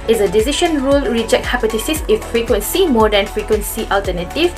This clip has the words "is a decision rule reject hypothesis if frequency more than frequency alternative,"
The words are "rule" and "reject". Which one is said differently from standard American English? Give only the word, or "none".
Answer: none